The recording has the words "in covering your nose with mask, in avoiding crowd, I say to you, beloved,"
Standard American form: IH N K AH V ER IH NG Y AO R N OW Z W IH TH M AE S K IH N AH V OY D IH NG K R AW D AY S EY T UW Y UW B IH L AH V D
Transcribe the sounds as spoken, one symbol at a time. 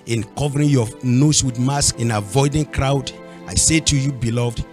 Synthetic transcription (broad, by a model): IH N K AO V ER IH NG Y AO N OW S W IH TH M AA S K IH N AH V OY D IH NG K R AW D AY S EY T UW Y UW B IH L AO V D